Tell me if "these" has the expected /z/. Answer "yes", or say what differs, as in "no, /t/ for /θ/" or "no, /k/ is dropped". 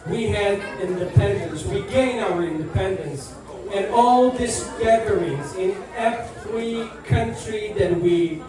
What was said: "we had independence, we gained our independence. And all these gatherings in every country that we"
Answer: no, /s/ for /z/